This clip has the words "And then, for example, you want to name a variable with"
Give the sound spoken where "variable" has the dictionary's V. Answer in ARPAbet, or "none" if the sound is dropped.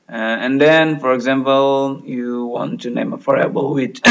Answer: F